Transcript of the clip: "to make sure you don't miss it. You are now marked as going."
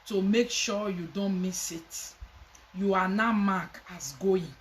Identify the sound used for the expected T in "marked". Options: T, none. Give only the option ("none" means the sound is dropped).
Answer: none